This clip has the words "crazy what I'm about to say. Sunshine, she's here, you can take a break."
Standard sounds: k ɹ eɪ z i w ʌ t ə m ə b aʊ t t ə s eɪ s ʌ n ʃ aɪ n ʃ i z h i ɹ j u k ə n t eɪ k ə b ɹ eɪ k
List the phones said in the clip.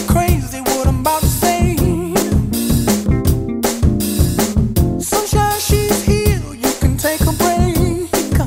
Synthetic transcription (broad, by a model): k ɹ eɪ z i w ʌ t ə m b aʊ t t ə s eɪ s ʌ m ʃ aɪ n ʃ i z h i l j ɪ k ə n t eɪ k ə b ɹ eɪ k